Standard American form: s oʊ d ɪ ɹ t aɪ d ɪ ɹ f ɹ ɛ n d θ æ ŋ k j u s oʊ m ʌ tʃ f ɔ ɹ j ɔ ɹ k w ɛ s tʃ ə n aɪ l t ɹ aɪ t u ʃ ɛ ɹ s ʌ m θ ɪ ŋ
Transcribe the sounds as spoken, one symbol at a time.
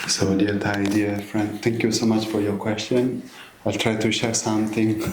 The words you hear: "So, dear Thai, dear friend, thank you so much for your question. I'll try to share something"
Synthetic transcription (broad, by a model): s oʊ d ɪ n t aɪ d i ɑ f ɹ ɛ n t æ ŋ k j u s oʊ m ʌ tʃ f ɔ ɹ j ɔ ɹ k w ɛ s tʃ ə n aɪ l t ɹ aɪ t u ʃ ɛ ɹ s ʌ m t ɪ ŋ